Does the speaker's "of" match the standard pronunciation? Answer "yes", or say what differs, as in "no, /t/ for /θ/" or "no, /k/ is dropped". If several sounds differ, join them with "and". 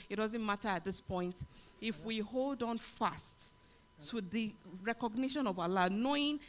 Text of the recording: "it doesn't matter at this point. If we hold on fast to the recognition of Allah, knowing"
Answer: yes